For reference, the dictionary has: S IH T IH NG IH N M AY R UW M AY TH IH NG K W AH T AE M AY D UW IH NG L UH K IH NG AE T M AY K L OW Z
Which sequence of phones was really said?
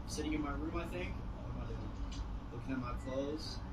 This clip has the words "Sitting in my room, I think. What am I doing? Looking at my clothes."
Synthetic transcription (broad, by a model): S IH T IH NG IH N M AY R UW M AY TH IH NG K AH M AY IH L UH K IH NG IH T M AY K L OW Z